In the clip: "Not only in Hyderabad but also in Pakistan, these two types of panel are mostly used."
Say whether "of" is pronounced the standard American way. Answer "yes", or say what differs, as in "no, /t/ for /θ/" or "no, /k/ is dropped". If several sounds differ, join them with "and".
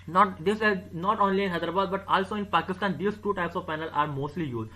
yes